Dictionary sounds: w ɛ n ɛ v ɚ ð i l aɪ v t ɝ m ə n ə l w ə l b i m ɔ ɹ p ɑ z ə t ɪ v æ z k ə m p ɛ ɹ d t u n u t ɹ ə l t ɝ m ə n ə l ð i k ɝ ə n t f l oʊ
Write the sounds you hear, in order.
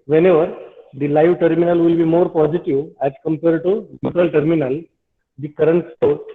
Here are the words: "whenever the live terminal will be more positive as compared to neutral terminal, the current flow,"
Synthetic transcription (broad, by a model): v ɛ n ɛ v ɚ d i l aɪ v t ɝ m ə n ə l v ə l b i m ɔ ɹ p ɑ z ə t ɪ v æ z k ə m p ɛ ɹ d t u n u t ɹ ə l t ɝ m ə n ə l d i k ɝ ə n t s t oʊ